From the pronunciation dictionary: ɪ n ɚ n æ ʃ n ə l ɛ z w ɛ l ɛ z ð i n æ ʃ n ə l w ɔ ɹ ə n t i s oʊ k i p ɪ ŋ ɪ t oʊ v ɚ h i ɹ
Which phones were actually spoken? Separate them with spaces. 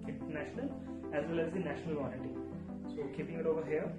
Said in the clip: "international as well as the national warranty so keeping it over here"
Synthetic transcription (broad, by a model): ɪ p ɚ n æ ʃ n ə l ɛ z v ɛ l ɛ z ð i n æ ʃ n ə l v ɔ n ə t i s oʊ k i p ɪ ŋ ɪ t oʊ v ɚ h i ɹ